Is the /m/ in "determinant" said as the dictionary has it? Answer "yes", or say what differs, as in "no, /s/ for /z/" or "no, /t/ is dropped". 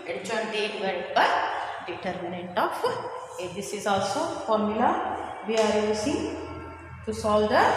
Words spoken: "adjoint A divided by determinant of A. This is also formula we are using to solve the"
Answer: yes